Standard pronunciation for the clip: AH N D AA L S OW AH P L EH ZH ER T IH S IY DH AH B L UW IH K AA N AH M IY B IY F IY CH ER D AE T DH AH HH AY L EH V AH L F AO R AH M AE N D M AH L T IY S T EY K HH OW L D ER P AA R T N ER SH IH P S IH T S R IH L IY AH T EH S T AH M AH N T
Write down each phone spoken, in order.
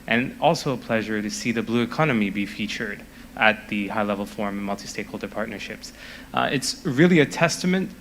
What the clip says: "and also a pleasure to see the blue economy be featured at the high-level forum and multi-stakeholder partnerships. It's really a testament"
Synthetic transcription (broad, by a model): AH N AA L S OW AH P L EH ZH ER T IH S IY DH AH B L UW IH K AA N AH M IY B IY F IY CH ER D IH T DH AH HH AY L EH V L F AO R M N M AH L T IY S T EY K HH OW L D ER P AA R T N ER SH IH P S IH T S R IH L IY AH T EH S T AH M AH N T